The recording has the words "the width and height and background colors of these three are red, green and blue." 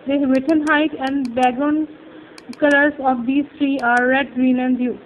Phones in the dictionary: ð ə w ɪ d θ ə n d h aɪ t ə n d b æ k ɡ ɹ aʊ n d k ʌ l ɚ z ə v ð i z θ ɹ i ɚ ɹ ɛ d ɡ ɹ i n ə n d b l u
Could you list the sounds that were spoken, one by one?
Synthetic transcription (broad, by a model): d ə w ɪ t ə n h aɪ t ə n d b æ ɡ aʊ n k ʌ l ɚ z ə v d i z t ɹ i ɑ ɹ ɛ d ɡ ɹ i n ə n d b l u